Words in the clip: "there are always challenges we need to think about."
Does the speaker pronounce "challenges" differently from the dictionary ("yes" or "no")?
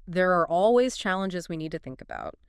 no